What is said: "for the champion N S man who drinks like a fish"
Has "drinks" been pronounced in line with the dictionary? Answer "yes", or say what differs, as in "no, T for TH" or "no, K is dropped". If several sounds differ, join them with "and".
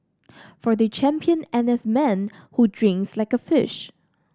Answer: yes